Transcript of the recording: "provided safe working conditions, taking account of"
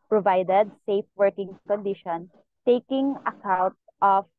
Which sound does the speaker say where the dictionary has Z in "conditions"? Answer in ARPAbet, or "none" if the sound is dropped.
none